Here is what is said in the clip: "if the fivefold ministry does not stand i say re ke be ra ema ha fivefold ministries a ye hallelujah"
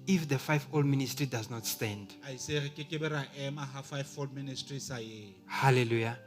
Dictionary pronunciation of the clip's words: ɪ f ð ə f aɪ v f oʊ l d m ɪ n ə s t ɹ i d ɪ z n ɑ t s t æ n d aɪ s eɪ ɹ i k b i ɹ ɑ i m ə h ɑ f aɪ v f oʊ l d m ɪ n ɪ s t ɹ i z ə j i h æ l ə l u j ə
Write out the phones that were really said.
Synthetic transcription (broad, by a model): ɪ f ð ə f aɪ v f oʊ l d m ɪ n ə s t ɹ i d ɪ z n ɑ t s t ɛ n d aɪ s eɪ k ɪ k b i ɹ ɑ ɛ m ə h ɑ f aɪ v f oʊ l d m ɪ n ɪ s t ɹ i s ə j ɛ h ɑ l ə l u j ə